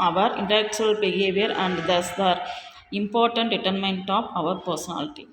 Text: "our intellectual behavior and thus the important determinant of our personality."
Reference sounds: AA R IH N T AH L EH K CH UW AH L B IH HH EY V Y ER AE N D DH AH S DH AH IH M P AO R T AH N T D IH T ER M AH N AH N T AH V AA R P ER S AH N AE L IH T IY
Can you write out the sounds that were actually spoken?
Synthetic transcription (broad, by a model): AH R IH N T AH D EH K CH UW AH L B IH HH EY V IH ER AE N D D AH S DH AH IH M P AO R T AH N T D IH T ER M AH N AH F AH V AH R P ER S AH N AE L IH T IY